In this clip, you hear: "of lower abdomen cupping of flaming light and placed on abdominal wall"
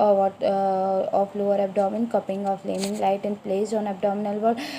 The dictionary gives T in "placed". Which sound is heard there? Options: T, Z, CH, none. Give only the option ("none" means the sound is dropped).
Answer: none